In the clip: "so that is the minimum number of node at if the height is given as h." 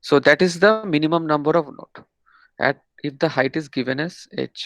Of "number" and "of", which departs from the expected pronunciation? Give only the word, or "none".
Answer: none